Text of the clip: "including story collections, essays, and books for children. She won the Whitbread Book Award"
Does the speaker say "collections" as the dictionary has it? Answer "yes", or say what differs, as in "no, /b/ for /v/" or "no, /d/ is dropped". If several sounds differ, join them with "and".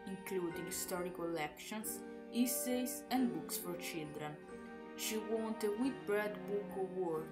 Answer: no, /s/ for /z/